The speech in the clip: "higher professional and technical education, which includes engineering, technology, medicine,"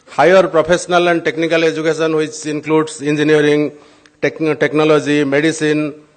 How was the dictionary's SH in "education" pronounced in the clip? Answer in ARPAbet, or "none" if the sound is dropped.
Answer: S